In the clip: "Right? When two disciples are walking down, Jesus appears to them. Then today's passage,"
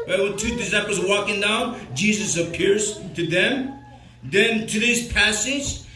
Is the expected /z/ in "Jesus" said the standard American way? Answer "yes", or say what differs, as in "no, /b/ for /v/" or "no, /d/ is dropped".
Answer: yes